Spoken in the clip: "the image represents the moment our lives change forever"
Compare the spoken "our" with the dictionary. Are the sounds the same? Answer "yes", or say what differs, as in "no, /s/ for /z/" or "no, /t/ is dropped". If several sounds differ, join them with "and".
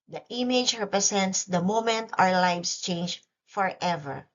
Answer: no, /w/ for /ɹ/